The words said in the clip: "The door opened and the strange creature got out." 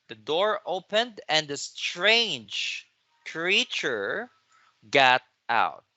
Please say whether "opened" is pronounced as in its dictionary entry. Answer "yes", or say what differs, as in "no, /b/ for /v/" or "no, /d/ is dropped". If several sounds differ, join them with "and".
yes